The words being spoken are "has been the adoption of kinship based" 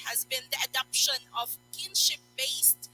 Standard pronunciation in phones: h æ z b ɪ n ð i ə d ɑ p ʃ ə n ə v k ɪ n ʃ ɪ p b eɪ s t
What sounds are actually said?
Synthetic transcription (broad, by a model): h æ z b ɪ n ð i ə d ɑ p ʃ ə n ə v k ɪ n ʃ ɪ p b eɪ s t